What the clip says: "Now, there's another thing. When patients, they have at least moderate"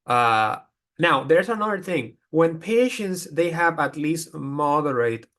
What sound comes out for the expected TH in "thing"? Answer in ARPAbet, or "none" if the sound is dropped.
T